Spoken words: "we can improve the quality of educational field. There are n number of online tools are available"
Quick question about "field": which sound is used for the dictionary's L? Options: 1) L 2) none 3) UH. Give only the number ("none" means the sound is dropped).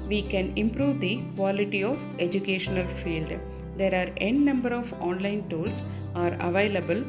1